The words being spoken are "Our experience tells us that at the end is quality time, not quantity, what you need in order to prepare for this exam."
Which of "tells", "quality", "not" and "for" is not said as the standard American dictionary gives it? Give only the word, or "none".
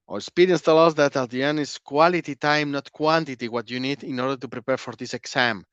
tells